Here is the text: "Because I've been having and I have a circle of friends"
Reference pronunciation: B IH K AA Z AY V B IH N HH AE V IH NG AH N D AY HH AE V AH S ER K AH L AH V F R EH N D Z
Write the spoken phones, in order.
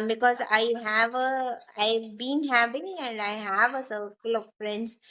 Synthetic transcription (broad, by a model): B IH K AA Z AY V B IH N HH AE P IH AH N D AY HH AE V AH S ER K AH L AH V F R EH N D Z